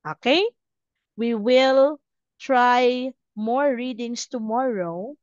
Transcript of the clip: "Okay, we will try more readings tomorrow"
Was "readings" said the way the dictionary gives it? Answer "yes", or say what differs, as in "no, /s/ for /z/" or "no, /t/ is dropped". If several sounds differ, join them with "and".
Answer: no, /s/ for /z/